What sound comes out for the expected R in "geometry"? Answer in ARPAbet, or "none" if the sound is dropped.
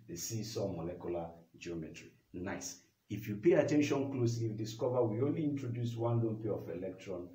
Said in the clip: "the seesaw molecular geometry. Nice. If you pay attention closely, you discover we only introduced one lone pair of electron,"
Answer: R